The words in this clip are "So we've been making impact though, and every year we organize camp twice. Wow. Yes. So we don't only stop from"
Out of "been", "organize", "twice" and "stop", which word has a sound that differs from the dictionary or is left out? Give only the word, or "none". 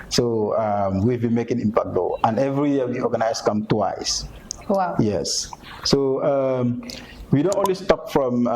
organize